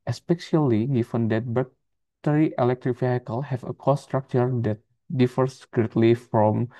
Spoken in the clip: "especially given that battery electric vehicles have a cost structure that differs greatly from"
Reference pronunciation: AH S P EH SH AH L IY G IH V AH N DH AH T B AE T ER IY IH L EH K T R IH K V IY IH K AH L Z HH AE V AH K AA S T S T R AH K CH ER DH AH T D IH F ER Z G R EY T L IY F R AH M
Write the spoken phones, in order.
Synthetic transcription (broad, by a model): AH S P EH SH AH L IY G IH F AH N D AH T B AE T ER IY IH L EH K T R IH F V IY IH K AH L HH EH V AH K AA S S T R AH K CH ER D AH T D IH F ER S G R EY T L IY F R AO M